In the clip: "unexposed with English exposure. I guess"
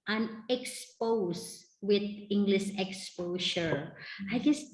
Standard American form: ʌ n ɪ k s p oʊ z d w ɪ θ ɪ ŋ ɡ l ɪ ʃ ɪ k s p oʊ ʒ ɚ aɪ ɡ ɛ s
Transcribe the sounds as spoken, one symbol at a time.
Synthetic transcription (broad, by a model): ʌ n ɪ k s p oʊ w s w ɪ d ɪ ŋ ɡ l ɪ ʃ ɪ k s p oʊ ʃ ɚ aɪ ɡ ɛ s